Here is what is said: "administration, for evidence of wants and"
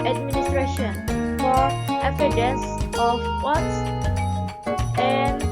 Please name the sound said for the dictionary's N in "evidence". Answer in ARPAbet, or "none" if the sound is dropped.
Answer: none